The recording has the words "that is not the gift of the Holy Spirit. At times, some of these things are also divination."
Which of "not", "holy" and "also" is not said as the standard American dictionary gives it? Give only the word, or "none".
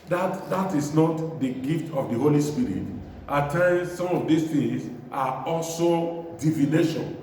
none